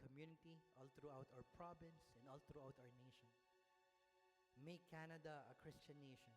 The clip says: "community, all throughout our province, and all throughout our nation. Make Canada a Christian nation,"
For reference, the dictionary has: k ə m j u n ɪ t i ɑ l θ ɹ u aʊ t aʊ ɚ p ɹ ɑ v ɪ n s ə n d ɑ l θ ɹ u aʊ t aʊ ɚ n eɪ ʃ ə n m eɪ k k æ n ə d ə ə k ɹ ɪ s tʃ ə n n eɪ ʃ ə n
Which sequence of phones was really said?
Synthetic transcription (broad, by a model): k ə m j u n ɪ t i ɑ l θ ɹ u aʊ t aʊ ɚ p ɹ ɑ b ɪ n s ə n d ɑ l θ ɹ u aʊ t aʊ ɚ n eɪ ʃ ə n m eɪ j k æ n ə d ə ə k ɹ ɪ s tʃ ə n n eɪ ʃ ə n